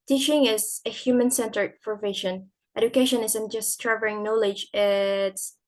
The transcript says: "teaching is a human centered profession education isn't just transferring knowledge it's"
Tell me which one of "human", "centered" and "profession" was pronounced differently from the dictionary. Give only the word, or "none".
profession